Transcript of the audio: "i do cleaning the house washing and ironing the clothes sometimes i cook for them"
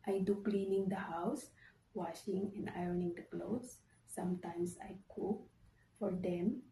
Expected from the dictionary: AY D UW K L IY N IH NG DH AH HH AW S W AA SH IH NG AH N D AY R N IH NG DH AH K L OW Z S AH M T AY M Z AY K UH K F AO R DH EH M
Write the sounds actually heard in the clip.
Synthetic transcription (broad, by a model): AY D UW K L IY N IH NG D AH HH AW S W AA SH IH NG AH N D AY R N IH NG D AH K L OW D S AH M T AY M S AY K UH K F AO R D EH M